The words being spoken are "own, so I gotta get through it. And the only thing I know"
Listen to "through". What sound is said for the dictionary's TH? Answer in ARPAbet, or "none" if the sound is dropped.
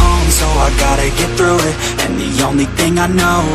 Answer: TH